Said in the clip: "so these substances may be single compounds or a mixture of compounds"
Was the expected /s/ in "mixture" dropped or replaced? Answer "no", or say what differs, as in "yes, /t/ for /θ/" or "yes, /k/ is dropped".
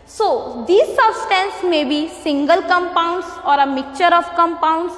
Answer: yes, /s/ is dropped